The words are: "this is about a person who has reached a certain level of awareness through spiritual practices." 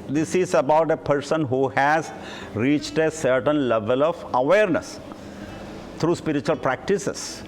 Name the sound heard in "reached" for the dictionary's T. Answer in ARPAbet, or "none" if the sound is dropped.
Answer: T